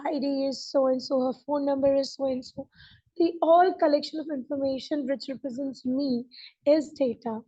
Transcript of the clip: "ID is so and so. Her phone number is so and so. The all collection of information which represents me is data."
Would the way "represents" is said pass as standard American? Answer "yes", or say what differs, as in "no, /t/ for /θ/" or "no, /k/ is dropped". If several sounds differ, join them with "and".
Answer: yes